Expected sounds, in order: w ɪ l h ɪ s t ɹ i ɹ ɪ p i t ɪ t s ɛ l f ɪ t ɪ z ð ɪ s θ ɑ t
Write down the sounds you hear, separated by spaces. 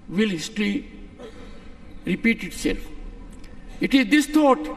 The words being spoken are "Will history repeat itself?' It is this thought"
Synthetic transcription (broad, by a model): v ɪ l h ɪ s t l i ɹ ɪ p i t ɪ t s ɛ l f ɪ t ɪ z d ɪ s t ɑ t